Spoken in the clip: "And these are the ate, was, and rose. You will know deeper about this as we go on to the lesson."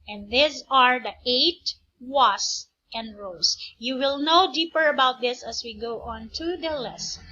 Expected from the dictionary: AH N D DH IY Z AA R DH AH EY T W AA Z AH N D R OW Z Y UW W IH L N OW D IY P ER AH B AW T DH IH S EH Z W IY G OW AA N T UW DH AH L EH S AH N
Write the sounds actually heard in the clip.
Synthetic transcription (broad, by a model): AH N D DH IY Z AA R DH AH EY T W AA S AH N D R OW S Y UW W IH L N OW D IY P ER AH B AW T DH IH S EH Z W IY G OW AA N T UW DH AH L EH S